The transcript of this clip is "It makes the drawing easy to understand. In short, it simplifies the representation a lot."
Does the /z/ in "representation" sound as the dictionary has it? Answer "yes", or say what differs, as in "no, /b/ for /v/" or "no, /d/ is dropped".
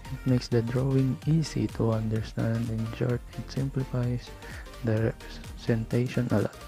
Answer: no, /s/ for /z/